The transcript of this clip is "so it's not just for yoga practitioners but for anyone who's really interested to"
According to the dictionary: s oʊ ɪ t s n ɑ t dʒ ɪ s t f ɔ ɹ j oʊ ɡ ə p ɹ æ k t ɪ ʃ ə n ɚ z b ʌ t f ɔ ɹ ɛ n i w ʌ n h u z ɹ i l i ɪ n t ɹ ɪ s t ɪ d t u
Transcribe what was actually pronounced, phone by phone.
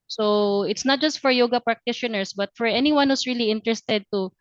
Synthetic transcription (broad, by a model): s oʊ ɪ t s n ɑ t dʒ ɪ s t f ɔ ɹ j oʊ ɡ ə p ɹ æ k t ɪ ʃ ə n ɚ s b ʌ t f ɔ ɹ ɛ n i w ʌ n h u s ɹ i l i ɪ n t ɹ ɪ s t ɪ d t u